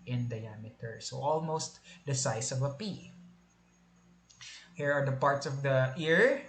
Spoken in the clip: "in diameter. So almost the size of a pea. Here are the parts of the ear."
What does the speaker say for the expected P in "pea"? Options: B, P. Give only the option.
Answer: P